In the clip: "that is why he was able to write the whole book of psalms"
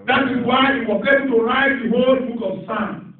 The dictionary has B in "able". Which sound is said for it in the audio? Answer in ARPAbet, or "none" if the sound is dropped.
none